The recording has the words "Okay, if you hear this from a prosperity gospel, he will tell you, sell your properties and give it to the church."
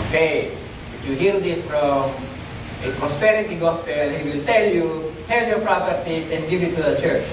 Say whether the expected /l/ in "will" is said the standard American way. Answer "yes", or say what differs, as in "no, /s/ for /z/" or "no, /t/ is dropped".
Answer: yes